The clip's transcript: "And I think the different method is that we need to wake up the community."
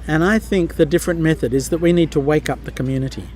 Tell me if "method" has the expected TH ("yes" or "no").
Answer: yes